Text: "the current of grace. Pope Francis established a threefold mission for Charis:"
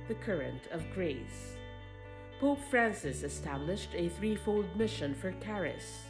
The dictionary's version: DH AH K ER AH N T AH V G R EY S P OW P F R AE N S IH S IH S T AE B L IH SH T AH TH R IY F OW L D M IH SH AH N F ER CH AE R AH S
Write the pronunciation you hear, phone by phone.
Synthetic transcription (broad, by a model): DH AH K ER AH N T AH V G R EY S P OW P F R AE N S IH S IH S T AE B L IH SH T AH TH R IY F OW L D M IH SH AH N F ER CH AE R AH S